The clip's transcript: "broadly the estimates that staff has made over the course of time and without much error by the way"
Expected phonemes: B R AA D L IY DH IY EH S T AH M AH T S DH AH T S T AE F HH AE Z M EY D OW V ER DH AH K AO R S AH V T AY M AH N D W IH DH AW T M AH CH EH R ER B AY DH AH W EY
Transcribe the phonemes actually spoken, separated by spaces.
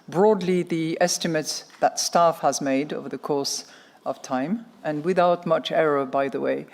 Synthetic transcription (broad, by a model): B R AA D L IY DH IY EH S T AH M AH T S DH AH T S T AE F HH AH Z M EY D OW V ER DH AH K AO R S AH V T AY M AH N W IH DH AW T M AH CH EH R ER B AY DH AH W EY